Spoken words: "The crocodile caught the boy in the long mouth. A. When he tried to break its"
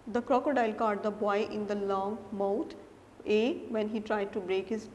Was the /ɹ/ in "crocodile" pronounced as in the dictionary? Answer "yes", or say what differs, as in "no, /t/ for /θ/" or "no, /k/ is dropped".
yes